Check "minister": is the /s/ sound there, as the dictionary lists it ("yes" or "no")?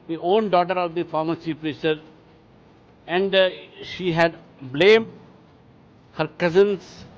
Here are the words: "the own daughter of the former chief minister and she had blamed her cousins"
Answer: no